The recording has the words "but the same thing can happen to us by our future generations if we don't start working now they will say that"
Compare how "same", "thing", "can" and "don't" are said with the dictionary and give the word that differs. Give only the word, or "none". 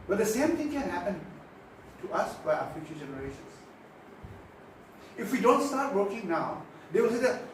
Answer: thing